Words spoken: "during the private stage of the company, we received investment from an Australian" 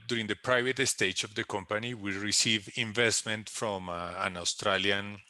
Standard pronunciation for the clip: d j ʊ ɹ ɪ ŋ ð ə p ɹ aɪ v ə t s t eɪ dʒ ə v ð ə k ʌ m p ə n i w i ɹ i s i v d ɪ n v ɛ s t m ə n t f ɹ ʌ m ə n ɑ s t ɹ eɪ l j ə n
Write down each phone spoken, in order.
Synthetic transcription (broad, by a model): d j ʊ ɹ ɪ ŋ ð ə p ɹ aɪ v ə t s t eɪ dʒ ə v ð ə k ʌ m p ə n i w i ɹ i s i v ɪ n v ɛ s t m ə n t f ɹ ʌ m ə n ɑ s t ɹ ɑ l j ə n